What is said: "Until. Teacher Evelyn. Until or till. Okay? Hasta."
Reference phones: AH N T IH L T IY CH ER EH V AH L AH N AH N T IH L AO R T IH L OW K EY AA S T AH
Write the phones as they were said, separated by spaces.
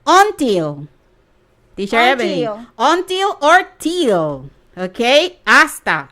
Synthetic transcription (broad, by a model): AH N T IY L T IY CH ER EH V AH AH AH N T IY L AO R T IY L OW K EY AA S T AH